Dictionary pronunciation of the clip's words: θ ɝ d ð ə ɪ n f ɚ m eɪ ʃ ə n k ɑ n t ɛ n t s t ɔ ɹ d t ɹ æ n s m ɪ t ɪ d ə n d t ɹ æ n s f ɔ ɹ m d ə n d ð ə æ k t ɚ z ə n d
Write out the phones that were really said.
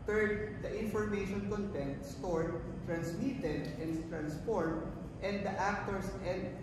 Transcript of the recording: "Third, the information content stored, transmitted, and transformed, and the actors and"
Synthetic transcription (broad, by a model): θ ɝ d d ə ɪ n f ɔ m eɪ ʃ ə n k ɑ n t ɛ n t s t ɔ ɹ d t ɹ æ n s m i t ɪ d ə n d t ɹ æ n s p ɔ ɹ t ə n d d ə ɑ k t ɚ s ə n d